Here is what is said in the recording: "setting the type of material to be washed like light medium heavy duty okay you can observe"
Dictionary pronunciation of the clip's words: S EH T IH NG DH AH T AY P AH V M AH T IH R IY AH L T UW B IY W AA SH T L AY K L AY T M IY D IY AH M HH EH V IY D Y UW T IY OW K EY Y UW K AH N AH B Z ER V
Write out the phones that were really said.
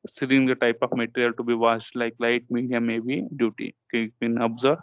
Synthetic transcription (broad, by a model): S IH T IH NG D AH T AY P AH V M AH T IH R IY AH L T UW B IY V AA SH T L AY K L AY T M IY D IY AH M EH B IY D Y UW T IY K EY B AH N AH B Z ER